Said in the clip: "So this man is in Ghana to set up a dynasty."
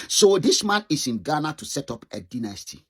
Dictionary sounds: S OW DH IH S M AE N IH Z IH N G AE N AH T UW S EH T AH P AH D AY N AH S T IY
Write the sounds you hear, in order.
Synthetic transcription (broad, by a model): S OW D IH S M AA N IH S IH N G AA N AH T UW S EH T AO P AH D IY N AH S T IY